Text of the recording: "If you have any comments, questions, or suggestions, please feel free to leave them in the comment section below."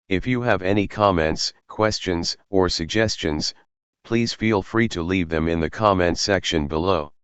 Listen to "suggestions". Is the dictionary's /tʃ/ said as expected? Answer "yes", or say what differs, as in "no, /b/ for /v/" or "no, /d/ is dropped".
yes